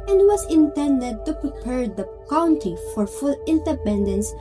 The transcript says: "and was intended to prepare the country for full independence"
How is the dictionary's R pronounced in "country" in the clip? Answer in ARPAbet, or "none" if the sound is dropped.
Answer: none